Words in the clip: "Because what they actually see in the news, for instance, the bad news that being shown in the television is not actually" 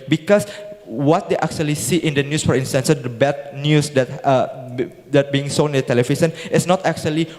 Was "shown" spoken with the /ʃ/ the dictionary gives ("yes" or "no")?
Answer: no